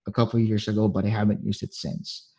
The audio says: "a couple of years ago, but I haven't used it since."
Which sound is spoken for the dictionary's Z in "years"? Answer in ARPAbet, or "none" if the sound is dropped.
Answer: Z